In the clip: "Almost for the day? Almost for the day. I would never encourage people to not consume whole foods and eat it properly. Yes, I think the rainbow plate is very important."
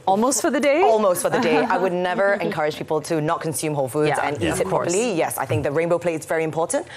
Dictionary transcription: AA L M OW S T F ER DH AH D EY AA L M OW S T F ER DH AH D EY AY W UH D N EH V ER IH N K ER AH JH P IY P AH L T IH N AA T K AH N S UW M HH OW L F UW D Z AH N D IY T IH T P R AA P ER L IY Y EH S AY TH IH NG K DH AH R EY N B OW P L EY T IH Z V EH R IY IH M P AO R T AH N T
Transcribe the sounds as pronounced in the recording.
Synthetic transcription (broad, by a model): AA L M OW S T F ER DH AH D EY AA L M OW S T F ER DH AH D EY AY W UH D N EH V ER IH N K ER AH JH P IY P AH L T IH N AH T K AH N S UW M HH OW L F UW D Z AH N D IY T IH T P R AA P ER L IY Y EH S AY TH IH NG K DH AH R EY N B OW P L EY IH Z V EH R IY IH M P AO R T N T